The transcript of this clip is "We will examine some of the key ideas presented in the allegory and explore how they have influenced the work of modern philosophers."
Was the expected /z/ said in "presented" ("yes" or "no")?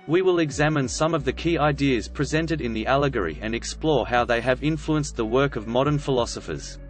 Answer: yes